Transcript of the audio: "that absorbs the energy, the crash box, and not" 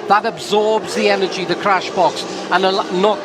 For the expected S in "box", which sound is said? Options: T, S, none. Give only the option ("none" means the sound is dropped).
S